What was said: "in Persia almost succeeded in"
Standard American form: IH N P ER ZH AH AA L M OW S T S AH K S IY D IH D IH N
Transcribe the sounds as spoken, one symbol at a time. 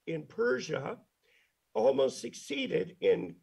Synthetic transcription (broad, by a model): IH N P ER ZH AH AA L M OW S T S AH K S IY D IH D IH N